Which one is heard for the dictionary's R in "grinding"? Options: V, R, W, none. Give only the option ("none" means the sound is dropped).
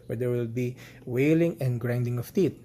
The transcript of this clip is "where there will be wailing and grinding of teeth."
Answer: R